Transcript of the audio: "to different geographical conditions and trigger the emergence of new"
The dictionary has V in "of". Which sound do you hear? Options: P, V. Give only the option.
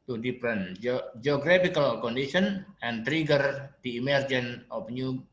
P